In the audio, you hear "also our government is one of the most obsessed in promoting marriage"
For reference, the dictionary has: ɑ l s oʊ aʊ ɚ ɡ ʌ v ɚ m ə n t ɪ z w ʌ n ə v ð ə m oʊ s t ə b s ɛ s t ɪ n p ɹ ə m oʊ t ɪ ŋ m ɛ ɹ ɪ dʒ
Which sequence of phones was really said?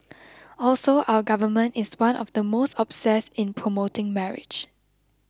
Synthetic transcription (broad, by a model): ɑ l s oʊ aʊ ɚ ɡ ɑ v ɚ m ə n t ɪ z w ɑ n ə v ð ə m oʊ s t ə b s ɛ s ɪ n p ɹ ə m oʊ t ɪ ŋ m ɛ ɹ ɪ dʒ